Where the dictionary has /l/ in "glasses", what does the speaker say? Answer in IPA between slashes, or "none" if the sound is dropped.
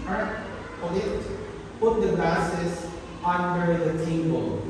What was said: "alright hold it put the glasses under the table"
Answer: none